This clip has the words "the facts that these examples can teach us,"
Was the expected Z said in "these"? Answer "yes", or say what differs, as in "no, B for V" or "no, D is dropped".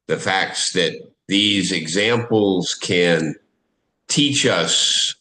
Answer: yes